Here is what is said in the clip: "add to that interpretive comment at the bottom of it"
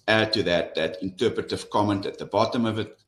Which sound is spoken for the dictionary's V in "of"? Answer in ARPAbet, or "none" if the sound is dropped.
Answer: V